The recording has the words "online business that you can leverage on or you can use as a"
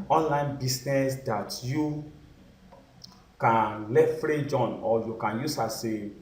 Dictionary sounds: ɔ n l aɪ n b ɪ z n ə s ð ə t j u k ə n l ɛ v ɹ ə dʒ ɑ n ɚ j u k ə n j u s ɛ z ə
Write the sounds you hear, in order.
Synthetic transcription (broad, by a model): ɔ n l aɪ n b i s n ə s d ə t j u k ə n l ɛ f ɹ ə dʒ ɑ n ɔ j u k ə n j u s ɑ s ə